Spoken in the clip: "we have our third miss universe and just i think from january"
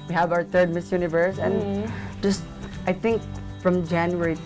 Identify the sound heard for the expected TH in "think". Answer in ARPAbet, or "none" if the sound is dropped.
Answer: T